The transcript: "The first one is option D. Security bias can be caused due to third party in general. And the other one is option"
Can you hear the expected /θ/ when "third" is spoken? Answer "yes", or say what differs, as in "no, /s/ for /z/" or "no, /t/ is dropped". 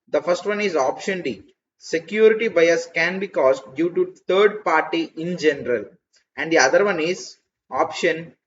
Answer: no, /t/ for /θ/